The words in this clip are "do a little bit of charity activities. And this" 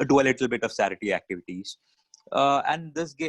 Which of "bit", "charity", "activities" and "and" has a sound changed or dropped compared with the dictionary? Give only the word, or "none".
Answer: charity